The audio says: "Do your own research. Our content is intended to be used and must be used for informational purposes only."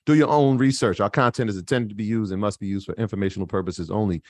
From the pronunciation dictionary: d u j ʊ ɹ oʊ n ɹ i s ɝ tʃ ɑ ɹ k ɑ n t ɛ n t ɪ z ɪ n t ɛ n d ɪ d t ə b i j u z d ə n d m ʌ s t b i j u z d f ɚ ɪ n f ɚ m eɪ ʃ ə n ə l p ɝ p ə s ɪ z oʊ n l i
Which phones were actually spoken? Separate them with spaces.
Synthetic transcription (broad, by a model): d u j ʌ ɹ oʊ n ɹ i s ɝ tʃ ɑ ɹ k ɑ n t ɛ n t ɪ z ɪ n t ɛ n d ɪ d t ə b i j u z d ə n m ʌ s t b i j u z d f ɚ ɪ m f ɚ m eɪ ʃ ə n l p ɝ p ə s ɪ z oʊ n l i